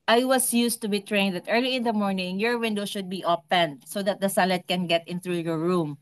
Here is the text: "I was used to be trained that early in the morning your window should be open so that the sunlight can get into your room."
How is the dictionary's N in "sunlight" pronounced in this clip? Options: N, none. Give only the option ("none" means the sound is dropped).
none